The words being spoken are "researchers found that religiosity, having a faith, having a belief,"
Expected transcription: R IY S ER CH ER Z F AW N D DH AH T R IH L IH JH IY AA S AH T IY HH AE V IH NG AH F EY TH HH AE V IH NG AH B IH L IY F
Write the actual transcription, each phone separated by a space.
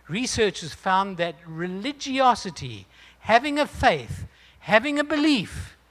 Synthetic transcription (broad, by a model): R IY S ER CH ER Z F AW N DH AH T R IH L IH JH IY AA S AH T IY HH AE V IH NG AH F EY TH HH AE V IH NG AH B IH L IY F